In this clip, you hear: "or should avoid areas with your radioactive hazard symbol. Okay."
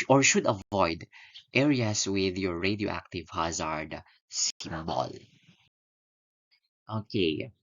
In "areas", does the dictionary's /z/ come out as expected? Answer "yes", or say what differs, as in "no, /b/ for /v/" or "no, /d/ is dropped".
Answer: no, /s/ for /z/